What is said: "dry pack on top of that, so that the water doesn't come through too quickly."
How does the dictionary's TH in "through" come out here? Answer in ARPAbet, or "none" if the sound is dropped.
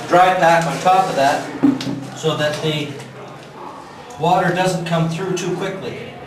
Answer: TH